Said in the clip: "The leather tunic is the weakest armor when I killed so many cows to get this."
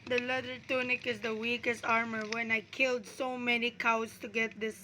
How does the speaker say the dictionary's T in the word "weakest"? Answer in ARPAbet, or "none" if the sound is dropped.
T